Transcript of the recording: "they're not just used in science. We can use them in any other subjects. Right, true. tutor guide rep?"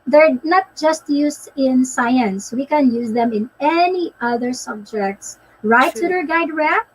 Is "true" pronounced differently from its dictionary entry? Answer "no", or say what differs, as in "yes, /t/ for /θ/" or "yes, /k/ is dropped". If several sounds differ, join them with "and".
yes, /ɹ/ is dropped